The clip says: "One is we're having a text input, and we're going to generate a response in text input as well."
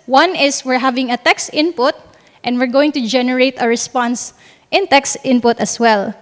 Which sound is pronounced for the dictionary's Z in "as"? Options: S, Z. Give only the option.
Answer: S